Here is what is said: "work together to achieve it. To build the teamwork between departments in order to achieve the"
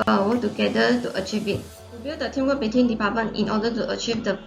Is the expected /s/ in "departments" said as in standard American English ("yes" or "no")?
no